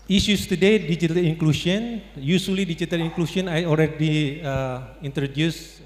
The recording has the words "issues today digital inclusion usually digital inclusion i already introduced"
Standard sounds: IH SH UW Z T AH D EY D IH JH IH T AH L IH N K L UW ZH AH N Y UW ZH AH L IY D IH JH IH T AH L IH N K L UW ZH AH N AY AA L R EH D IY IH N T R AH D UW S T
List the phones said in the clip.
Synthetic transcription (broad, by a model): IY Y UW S T AH D EY D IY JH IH T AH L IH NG K L UW SH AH N Y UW S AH L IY D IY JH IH T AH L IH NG K L UW SH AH N AY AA L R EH D IY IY N T R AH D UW S